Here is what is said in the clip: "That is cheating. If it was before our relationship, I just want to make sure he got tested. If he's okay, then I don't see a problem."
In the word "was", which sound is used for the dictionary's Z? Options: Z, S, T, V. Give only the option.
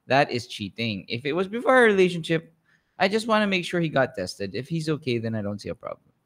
Z